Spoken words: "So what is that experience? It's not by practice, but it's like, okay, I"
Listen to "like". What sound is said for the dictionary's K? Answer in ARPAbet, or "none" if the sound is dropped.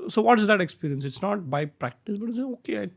none